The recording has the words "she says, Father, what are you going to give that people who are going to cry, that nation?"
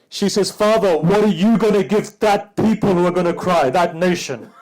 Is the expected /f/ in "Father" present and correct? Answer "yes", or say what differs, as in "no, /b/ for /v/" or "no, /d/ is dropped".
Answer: yes